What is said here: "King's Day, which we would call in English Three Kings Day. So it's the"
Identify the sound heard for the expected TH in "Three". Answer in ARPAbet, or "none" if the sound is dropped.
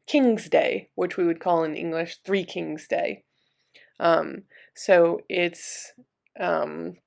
TH